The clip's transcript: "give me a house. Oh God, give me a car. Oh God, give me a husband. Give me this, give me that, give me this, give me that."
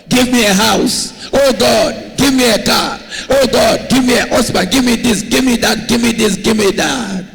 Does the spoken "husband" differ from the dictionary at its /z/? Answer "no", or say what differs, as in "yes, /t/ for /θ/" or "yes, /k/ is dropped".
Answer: yes, /s/ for /z/